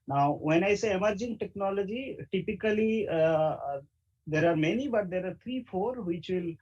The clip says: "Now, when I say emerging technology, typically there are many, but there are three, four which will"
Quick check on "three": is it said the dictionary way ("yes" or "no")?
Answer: no